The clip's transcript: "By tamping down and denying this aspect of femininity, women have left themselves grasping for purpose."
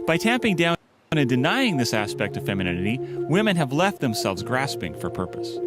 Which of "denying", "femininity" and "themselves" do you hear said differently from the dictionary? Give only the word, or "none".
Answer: none